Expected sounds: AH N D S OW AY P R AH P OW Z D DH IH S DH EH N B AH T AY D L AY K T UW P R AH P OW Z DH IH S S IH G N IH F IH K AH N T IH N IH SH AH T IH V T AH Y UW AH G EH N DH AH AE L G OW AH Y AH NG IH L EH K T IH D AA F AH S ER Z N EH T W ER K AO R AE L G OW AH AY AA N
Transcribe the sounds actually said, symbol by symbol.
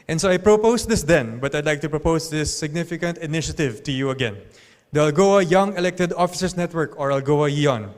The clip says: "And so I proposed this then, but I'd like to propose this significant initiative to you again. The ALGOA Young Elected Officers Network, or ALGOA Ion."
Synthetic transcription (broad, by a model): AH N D S OW AY P R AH P OW S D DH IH S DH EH N B AH T AY D L AY K T UW P R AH P OW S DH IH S S IH G N IH F IH K AH N T IH N IH SH AH T IH V T AH Y UW AH G EH N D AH AE L G OW AH Y AH NG IH L EH K T IH D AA F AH S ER S N EH T W ER K AO R AE L G OW AH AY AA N